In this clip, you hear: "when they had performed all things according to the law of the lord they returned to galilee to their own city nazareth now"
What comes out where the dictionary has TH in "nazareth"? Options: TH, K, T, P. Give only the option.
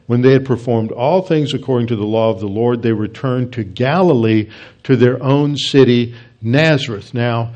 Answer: TH